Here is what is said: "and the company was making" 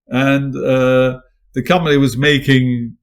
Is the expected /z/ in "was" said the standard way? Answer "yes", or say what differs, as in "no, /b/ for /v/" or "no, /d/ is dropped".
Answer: yes